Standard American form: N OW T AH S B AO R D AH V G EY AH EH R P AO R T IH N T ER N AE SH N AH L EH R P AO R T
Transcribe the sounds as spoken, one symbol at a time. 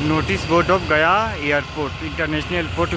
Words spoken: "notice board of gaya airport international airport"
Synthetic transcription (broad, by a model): N OW T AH S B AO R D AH P G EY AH R P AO R T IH N T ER N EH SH N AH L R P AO R T